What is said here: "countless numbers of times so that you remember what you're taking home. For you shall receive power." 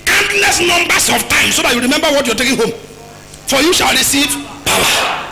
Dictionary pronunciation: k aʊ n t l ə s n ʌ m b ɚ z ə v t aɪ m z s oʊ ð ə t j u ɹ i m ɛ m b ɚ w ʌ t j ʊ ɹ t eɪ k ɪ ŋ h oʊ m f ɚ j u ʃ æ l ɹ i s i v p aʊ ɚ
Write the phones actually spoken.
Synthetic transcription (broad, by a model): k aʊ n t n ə s n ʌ m b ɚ s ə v t aɪ m s oʊ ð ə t j u ɹ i m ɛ m b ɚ w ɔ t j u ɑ t eɪ k ɪ ŋ h oʊ m f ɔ j u ʃ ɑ l ɹ i s i v p aʊ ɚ